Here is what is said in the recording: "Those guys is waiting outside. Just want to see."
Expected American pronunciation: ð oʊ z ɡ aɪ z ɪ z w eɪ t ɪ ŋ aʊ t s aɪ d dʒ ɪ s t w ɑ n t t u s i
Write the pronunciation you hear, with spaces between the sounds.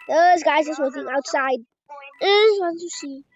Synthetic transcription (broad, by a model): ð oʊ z ɡ aɪ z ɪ s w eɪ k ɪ ŋ aʊ t s aɪ d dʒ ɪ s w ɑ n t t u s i